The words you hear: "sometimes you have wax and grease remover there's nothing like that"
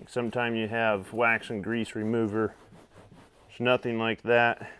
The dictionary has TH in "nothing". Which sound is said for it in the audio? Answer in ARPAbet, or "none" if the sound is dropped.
TH